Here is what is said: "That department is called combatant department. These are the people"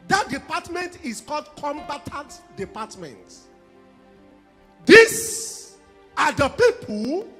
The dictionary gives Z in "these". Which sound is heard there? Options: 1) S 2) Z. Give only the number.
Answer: 1